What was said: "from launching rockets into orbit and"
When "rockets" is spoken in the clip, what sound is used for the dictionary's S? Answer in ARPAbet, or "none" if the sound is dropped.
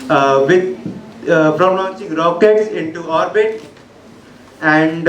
S